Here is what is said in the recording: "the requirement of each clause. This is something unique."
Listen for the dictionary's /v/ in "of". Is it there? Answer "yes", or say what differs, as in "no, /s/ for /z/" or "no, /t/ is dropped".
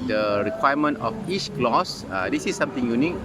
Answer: no, /f/ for /v/